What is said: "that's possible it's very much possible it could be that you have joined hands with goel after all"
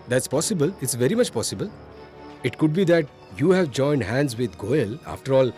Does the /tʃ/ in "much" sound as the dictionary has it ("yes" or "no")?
yes